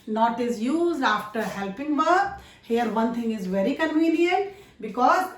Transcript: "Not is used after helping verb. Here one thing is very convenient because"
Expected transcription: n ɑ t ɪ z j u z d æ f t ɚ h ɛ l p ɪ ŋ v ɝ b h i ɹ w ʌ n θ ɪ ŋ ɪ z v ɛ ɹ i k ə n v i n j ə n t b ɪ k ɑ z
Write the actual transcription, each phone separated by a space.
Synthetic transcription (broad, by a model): n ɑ t ɪ z j u z d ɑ f t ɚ h ɛ l p ɪ ŋ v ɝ h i ɹ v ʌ n t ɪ ŋ ɪ z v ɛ ɹ i k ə n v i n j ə n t b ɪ k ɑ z